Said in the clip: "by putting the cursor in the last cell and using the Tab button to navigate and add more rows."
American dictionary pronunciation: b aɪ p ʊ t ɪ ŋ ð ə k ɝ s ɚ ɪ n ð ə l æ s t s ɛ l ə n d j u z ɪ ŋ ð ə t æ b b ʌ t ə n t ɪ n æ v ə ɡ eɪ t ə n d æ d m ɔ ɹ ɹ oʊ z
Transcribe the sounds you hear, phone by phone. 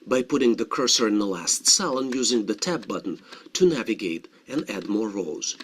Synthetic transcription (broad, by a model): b aɪ p ʊ t ɪ ŋ ð ə k ɝ s ɚ ɪ n ð ə l æ s t s ɛ l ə n j u z ɪ ŋ ð ə t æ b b ʌ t n t ɪ n æ v ə ɡ eɪ t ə n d æ d m ɔ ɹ ɹ oʊ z